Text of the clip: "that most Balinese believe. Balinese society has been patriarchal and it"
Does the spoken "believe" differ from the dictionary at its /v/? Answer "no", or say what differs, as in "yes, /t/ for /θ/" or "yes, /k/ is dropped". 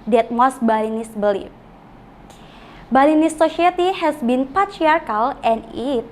yes, /f/ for /v/